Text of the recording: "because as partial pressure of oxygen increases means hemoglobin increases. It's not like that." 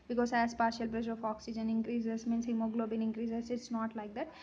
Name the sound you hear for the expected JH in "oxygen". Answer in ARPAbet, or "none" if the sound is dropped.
JH